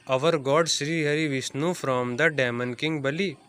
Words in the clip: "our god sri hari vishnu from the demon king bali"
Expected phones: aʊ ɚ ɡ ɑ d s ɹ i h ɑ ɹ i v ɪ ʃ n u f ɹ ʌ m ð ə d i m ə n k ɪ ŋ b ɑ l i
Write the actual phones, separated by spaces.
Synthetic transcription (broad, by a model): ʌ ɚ ɡ ɑ d s ɹ i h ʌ ɹ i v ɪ s n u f ɹ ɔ m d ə d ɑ m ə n k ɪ ŋ b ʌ l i